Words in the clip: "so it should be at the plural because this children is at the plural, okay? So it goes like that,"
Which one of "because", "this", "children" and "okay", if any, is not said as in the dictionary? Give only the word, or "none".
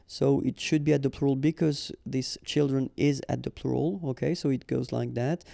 none